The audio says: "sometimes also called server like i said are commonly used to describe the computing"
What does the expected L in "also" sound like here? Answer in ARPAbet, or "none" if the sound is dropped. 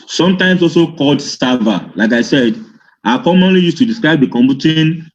L